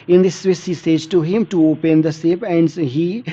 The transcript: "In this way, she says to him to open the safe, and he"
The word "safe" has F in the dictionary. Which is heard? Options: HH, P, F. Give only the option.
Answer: P